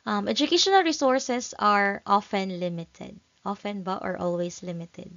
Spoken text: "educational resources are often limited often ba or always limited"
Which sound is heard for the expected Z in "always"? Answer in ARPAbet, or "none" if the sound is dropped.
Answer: S